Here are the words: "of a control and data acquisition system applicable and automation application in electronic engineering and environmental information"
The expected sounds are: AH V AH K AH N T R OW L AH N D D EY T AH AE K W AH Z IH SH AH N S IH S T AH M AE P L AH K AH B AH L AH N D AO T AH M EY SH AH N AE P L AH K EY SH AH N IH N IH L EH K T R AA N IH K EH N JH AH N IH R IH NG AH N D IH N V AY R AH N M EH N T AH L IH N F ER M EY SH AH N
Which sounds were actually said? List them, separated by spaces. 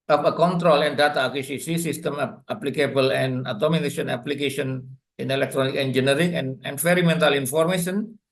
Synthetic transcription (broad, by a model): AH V AH K AH N T R OW L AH N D D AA T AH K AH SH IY S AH S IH S T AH M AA P L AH K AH B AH L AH N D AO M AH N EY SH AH N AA P L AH K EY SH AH N IH N IH L EH K T R AA N IH K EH N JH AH N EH R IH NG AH N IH N F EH R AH M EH N T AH L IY N F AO M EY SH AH N